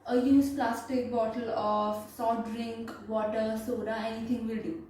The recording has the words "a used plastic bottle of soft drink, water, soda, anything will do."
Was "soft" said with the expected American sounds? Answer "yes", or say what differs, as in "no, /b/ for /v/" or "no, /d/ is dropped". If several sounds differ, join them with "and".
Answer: no, /f/ is dropped